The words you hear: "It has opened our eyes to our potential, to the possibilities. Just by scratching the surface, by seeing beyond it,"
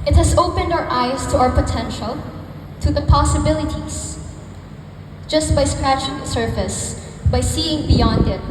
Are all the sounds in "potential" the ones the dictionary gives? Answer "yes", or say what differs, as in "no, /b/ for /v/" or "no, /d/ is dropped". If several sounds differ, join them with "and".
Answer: yes